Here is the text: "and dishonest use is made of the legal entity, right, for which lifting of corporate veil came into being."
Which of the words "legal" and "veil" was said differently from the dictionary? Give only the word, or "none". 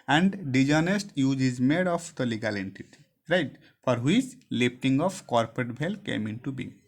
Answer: veil